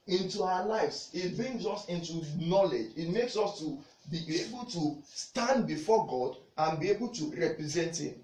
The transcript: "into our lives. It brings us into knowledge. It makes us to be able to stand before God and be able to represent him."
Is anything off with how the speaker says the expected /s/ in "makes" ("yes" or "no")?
no